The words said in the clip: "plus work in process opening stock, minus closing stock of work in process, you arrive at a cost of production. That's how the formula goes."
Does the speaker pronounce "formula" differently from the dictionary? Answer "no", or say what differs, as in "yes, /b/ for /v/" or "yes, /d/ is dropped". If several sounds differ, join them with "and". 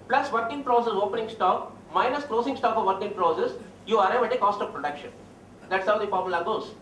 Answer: yes, /p/ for /f/